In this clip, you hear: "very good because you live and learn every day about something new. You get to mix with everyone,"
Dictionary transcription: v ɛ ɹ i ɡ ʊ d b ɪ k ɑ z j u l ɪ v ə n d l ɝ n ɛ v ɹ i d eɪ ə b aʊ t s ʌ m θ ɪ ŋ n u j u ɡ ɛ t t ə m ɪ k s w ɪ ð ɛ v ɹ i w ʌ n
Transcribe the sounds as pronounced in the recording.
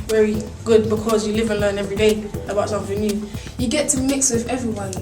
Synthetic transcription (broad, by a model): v ɛ ɹ i ɡ ʊ d b ɪ k ɑ z j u l ɪ v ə n l ɝ n ɛ v ɹ i d eɪ ə b aʊ t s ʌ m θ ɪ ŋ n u j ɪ ɡ ɛ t t ə m ɪ k s w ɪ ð ɛ v ɹ i w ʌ n